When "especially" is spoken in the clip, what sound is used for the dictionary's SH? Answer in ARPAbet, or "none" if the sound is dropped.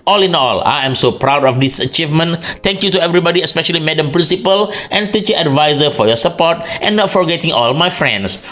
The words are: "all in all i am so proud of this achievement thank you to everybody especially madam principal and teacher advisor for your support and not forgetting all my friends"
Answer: SH